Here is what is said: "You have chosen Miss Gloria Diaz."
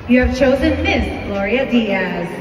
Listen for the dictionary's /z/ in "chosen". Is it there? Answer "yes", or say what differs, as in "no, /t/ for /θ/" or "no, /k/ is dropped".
yes